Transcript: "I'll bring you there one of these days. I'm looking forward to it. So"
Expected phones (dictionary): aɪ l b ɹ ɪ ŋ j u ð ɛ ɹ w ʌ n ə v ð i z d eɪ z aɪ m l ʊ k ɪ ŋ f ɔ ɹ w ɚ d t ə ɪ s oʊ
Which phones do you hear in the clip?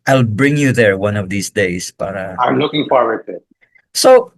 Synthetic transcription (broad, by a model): aɪ l b ɹ ɪ ŋ j u ð ɛ ɹ w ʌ n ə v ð i s d eɪ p aɪ m l ʊ k ɪ ŋ f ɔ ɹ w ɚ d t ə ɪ s oʊ